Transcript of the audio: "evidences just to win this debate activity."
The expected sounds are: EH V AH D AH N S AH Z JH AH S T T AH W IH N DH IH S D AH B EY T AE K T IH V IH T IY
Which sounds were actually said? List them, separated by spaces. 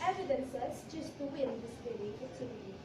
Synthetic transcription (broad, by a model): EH V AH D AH N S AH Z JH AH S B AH W IH N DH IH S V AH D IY AE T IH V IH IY